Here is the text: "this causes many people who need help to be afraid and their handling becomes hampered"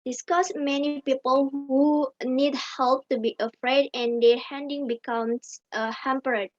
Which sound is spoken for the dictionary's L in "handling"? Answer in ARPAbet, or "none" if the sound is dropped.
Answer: none